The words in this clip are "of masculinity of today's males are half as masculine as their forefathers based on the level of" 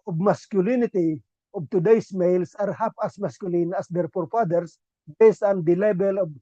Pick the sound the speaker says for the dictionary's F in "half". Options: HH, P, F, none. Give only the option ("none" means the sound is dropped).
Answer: P